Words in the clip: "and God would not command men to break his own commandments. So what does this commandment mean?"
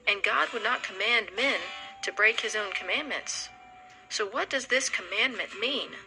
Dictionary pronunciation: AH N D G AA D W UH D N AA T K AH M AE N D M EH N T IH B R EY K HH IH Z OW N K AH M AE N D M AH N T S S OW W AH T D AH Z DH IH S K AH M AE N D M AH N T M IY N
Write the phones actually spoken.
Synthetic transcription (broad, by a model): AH N G AA D W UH D N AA T K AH M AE N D M EH N T IH B R EY K HH IH Z OW N K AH M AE N M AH N T S S OW W AH T D AH Z DH IH S K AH M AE N M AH N M IY N